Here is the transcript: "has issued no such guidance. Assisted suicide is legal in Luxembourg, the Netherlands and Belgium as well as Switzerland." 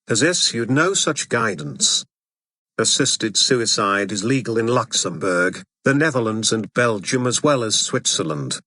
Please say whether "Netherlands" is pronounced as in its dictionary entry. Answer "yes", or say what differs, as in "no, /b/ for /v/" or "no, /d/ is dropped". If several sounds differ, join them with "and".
yes